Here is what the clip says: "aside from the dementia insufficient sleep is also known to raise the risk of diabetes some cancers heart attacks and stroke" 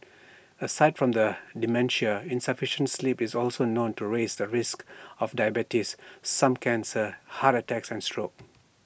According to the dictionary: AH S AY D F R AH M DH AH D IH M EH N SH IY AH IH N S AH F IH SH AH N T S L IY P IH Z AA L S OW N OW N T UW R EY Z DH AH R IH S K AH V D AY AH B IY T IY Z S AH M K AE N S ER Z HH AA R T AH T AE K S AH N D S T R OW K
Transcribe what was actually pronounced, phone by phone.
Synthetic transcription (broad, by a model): AH S AY D F R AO M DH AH D IH M EH N SH IY AH IH N S AH F IH SH AH N T S L IY P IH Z AA L S OW N OW N T UW R EY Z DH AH R IH S K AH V D AY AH B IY T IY S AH M K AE N S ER HH AA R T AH T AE K S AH N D S T R OW K